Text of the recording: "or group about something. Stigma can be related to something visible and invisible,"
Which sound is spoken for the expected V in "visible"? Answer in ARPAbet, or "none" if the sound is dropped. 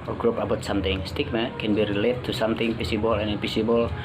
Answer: P